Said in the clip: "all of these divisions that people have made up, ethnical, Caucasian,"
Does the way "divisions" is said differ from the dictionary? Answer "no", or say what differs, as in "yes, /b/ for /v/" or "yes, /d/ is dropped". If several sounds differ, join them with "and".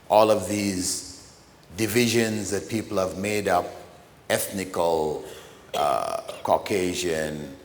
no